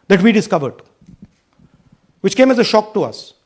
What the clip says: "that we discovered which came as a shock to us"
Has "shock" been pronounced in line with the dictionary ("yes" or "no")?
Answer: yes